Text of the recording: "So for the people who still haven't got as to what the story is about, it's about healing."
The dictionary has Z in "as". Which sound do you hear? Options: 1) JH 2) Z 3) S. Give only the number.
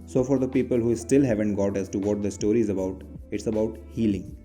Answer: 3